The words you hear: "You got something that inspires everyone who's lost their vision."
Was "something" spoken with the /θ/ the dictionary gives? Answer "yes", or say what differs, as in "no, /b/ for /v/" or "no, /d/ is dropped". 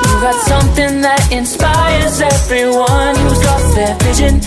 yes